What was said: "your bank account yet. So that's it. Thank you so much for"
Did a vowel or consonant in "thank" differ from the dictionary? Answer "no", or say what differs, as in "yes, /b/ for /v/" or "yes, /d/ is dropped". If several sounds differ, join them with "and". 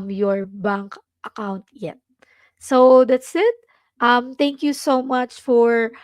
yes, /t/ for /θ/